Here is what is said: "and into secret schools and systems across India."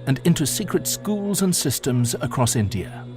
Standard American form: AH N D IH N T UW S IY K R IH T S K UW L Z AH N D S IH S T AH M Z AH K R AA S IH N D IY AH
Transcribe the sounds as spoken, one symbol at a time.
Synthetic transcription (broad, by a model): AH N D IH N T UW S IY K R IH T S K UW L Z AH N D S IH S T AH M Z AH K R AA S IH N D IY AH